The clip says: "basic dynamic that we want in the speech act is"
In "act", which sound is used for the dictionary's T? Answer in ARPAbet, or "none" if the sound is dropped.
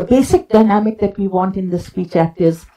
T